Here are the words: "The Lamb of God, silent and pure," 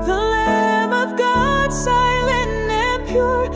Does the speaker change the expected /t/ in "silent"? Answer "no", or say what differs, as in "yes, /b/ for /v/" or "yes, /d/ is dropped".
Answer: yes, /t/ is dropped